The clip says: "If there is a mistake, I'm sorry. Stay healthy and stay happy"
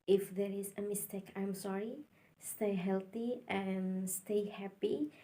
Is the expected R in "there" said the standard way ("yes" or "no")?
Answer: yes